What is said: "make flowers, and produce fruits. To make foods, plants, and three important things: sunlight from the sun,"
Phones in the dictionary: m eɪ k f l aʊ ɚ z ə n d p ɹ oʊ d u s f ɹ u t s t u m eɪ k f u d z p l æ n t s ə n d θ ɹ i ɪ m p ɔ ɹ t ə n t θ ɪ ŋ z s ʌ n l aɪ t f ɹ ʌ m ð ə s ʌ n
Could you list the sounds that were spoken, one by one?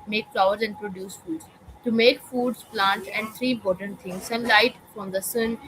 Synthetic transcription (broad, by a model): m eɪ k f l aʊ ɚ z ə n d p ɹ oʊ d u s f u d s t u m eɪ k f u d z p l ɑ n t ə n d t ɹ i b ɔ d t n t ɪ ŋ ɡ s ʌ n l aɪ t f ɹ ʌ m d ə s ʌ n